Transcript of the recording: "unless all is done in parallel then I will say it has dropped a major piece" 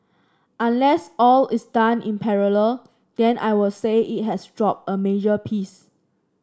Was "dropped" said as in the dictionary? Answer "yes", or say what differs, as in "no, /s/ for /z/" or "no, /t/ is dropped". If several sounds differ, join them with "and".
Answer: no, /t/ is dropped